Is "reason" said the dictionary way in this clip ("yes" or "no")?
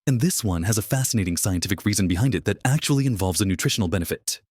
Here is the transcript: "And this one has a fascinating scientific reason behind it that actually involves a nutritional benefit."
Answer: yes